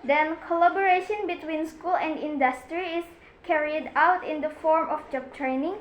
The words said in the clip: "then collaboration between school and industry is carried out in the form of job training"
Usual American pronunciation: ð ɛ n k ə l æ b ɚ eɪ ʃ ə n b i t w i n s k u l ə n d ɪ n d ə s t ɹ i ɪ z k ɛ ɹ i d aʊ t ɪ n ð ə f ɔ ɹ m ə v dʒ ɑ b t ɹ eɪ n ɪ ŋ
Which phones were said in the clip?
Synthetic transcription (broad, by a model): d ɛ n k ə l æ b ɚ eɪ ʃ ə n b i t w i n s k u l ə n d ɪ n d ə s t ɹ i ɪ s k ɛ ɹ i d aʊ t ɪ n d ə f ɔ ɹ m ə f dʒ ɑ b t ɹ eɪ n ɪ ŋ